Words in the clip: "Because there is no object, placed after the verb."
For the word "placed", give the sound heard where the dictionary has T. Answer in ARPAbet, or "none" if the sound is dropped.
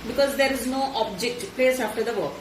none